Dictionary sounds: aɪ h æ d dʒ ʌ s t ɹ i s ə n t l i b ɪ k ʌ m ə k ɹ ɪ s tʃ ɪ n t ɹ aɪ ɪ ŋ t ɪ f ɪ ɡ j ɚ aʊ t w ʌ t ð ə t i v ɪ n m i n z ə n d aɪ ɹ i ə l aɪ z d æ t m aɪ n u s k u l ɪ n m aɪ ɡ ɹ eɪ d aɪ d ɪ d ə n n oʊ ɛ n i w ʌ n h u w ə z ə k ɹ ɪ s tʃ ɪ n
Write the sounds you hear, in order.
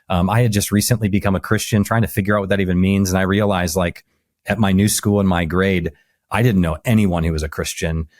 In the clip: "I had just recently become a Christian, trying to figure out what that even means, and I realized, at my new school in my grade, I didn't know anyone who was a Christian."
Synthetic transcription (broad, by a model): aɪ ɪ d dʒ ʌ s t ɹ i s ə n t l i b ɪ k ʌ m ə k ɹ ɪ s tʃ ɪ n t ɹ aɪ ɪ ŋ t ɪ f ɪ ɡ j ɚ aʊ t w ʌ t ð ə t i v ɪ n m i n z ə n aɪ ɹ i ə l aɪ z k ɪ t m aɪ n u s k u l ɪ n m aɪ ɡ ɹ eɪ d aɪ d ɪ d n n oʊ ɛ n i w ʌ n h u w ə z ə k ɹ ɪ s tʃ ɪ n